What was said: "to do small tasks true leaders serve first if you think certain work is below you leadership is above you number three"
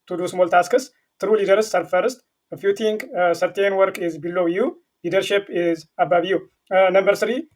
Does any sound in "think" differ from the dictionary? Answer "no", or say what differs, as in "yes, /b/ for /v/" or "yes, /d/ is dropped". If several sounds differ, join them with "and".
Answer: yes, /t/ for /θ/